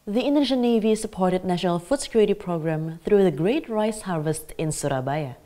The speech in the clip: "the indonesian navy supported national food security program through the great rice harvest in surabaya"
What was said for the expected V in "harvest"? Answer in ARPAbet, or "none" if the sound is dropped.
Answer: V